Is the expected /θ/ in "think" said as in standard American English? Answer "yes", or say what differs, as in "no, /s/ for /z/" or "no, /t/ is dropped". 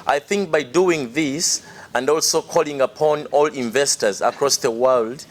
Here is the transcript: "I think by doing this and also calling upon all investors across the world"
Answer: yes